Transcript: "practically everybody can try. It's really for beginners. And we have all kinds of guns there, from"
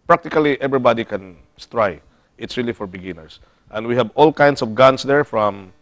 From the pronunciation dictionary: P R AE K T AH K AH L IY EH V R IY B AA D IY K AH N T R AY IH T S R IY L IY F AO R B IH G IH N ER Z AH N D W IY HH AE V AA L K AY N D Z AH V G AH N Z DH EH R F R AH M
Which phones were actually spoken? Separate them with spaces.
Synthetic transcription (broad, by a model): P R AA K T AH K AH L IY EH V R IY B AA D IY K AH N T R AY IH T S R IY L IY F AO R B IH G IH N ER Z AH N D W IY HH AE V AA L K AY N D S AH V G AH N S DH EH R F R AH M